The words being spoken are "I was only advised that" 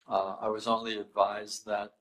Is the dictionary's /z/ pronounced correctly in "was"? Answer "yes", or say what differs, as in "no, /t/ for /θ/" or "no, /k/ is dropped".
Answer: yes